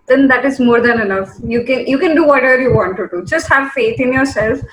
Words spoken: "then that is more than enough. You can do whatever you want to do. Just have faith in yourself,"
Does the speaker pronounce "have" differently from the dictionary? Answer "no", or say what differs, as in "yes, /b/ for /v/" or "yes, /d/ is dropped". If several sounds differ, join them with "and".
no